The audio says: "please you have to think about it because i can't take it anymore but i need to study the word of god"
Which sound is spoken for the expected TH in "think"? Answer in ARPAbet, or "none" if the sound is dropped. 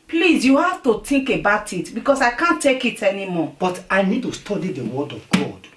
T